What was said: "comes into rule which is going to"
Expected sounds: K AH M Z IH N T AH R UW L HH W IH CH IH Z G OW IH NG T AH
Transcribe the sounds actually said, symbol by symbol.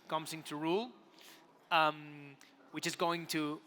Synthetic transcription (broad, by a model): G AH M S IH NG T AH R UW L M W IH CH IH Z G OW IH NG T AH